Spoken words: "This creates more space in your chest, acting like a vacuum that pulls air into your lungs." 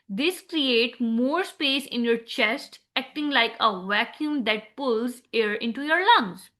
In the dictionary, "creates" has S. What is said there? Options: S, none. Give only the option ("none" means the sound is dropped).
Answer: none